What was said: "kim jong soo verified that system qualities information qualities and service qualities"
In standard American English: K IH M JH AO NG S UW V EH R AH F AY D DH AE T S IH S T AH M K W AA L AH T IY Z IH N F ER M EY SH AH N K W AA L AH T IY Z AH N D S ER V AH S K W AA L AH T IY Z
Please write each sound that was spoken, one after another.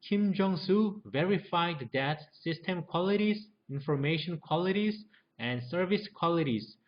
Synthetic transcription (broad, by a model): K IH M JH AO NG S UW V EH R AH F AY D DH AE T S IH S T AH M K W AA L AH T IY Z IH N F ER M EY SH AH N K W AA L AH T IY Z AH N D S ER V AH S K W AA L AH T IY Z